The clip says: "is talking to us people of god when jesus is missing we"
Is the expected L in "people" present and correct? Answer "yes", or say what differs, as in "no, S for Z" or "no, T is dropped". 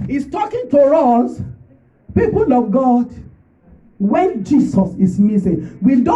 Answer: yes